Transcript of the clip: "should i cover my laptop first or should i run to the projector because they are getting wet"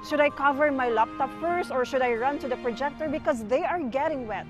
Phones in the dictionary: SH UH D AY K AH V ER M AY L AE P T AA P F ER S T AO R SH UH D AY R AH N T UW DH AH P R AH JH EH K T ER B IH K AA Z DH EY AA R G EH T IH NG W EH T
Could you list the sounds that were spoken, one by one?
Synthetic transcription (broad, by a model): SH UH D AY K AH V ER M AY L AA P T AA P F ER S AO R SH UH D AY R AH N T UW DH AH P R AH JH EH K T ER B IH K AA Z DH EY AA R G EH T IH NG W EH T